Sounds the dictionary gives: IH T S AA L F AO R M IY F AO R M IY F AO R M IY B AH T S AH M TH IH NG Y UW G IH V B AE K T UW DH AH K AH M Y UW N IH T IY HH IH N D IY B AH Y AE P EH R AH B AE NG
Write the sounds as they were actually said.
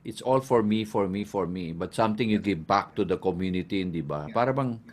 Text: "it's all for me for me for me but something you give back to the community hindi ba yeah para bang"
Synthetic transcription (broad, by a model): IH T S AA L F AO R M IY F AO R M IY F AO R M IY B AH T S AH M T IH NG Y UW G IH V B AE K T UW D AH K AH M Y UW N IH T IY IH N D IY B AH P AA R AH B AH NG